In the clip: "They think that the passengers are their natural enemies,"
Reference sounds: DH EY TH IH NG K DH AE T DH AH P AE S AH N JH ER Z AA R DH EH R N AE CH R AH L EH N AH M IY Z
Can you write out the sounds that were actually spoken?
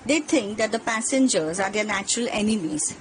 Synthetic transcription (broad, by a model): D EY T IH NG K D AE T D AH P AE S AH N JH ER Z AA R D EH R N AE CH R AH L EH N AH M IY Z